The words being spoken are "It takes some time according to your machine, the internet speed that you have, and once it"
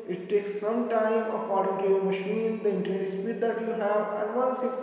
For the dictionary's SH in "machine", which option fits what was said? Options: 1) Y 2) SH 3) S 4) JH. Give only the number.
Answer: 2